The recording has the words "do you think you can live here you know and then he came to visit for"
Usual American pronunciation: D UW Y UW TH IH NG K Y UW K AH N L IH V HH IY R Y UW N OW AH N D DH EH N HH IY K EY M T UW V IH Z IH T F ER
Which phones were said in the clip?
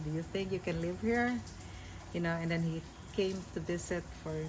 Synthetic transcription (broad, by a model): D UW Y UW TH IH NG K Y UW K AH N L IH V HH IY R Y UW N OW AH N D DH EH N HH IY K EY M T UW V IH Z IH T F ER